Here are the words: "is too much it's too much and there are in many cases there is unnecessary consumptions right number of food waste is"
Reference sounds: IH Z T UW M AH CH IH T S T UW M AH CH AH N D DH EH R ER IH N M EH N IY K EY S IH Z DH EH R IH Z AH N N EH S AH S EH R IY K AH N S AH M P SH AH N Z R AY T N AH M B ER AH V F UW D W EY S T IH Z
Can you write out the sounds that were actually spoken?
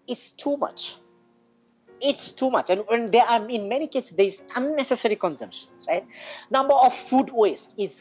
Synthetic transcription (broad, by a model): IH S T UW M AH CH IH T S T UW M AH CH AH N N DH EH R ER IH N M EH N IY K EY S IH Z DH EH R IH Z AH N N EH S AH S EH R IY K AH N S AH M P SH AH N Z R AY T N AH M B ER AH V F UW D W EY S T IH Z